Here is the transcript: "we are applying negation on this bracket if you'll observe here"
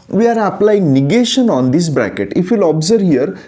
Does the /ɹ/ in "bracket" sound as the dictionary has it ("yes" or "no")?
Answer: yes